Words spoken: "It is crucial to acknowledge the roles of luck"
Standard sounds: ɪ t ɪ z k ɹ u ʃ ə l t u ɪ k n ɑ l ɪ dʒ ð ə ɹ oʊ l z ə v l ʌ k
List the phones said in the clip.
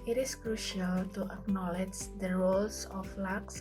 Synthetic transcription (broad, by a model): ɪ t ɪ s k ɹ u ʃ ə l t u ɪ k n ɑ l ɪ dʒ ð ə ɹ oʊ l s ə f l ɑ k